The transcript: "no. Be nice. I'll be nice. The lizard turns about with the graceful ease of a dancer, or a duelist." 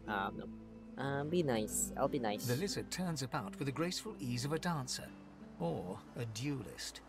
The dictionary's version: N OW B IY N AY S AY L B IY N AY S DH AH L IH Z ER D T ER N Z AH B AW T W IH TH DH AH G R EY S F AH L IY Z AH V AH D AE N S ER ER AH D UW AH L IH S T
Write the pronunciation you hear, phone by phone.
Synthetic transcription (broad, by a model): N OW B IY N AY S AY L B IY N AY S DH AH L IH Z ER T ER N Z AH B AW T W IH DH AH G R EY S F AH L IY Z AH V AH D AE N S ER ER AH D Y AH L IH S T